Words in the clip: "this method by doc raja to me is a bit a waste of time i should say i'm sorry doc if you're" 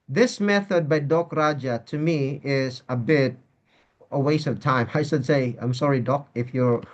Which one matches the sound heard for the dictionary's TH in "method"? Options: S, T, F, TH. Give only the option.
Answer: TH